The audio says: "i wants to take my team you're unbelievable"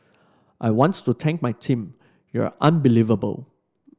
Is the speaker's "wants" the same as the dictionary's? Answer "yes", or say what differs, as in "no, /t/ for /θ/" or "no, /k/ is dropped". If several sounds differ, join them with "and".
no, /s/ is dropped